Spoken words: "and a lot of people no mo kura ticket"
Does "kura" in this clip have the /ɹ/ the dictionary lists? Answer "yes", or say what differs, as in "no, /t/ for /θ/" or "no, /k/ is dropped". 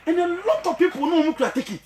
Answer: no, /ɹ/ is dropped